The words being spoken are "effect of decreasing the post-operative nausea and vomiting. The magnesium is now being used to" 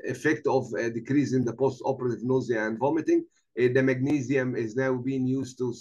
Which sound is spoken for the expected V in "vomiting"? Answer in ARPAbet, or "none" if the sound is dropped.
V